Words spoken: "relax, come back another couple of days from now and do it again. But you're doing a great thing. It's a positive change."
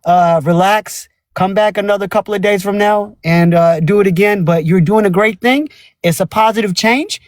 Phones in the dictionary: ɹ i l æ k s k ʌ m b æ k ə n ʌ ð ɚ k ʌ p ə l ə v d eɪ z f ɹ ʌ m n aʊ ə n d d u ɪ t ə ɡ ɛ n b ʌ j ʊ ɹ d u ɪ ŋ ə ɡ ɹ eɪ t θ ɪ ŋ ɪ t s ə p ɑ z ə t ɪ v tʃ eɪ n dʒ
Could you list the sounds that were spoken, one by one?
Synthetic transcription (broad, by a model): ɹ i l æ k s k ʌ m b æ k ə n ʌ ð ɚ k ʌ p l ə v d eɪ z f ɹ ʌ m n aʊ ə n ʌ d ɪ t ə ɡ ɛ n b ʌ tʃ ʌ ɹ d u ɪ ŋ ə ɡ ɹ eɪ t θ ɪ ŋ ɪ t s ə p ɑ z ə t ɪ v tʃ eɪ n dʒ